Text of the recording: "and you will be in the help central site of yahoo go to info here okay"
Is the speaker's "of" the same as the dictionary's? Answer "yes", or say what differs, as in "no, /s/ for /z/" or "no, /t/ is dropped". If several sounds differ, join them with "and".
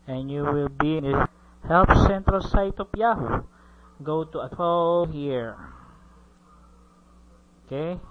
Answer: no, /p/ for /v/